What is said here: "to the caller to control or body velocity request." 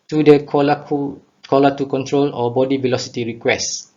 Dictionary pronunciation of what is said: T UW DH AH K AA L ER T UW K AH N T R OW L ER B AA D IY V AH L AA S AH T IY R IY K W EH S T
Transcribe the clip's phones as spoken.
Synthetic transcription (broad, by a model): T UW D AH K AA L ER T UW K AH N T R OW L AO B AA D IY V AH L AA S AH T IY R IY K W EH S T